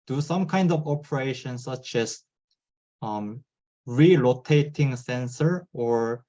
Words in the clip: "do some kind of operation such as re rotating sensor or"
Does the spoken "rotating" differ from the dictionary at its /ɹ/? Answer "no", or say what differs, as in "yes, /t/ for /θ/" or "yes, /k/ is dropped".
yes, /l/ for /ɹ/